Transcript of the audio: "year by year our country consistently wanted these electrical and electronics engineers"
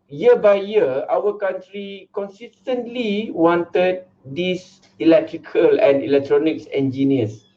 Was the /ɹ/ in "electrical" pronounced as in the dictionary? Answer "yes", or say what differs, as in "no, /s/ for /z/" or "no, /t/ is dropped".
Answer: yes